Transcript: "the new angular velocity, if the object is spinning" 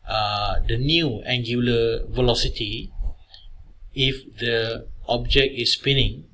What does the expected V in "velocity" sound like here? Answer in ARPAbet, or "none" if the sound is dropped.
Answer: V